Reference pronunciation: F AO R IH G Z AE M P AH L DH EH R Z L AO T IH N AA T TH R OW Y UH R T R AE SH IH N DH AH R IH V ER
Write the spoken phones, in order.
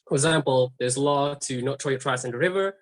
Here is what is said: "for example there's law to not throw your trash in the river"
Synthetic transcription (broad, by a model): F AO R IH G Z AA M P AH L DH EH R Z L AO T IH N AA T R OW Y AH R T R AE S IH N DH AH R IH V ER